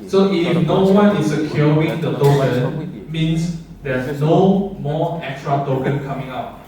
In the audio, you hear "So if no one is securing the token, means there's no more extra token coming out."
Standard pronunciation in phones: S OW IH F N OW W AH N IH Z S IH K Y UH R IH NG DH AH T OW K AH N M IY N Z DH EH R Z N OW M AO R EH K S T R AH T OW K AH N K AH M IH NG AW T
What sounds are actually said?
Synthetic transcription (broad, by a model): S OW IH F N OW W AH N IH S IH K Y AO R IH NG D AH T OW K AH N M IY N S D EH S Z N OW M AO EH K S T R AH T OW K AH N K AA M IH NG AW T